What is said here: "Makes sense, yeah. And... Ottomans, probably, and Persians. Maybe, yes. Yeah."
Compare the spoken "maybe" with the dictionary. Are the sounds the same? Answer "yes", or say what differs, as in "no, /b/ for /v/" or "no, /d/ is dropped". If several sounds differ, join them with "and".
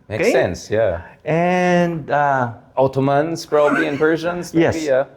no, /b/ is dropped